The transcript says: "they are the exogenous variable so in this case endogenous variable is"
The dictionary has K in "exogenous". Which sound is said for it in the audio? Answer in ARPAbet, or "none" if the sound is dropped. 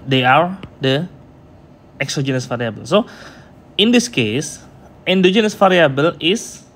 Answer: K